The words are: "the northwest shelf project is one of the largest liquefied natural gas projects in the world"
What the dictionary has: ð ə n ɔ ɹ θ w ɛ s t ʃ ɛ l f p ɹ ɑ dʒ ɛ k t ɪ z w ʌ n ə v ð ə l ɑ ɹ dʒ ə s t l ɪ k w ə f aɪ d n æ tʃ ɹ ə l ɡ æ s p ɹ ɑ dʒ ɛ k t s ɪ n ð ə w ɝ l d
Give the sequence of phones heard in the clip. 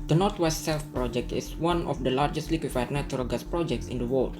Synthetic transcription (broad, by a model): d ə n ɔ ɹ t w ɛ s t s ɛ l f p ɹ ɑ dʒ ɛ k t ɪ s w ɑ n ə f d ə l ɑ ɹ dʒ ə s t l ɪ k w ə f aɪ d n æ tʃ ɹ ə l ɡ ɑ s p ɹ ɑ dʒ ɛ k t s ɪ n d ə w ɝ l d